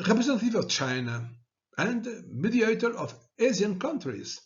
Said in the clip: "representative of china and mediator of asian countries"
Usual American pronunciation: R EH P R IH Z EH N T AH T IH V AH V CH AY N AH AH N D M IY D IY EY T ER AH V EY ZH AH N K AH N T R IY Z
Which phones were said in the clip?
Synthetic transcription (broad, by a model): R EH P R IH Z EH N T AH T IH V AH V CH AY N AH AH N D M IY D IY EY T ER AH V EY Z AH N K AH N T R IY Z